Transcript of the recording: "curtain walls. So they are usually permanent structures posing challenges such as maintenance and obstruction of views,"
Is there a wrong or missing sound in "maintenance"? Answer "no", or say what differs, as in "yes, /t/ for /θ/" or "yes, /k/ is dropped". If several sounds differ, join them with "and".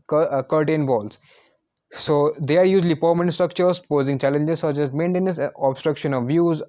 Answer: yes, /n/ is dropped and /s/ is dropped